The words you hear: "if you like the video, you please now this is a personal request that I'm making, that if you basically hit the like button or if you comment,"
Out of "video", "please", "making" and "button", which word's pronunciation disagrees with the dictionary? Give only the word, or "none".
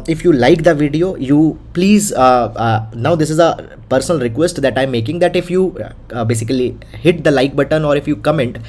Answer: none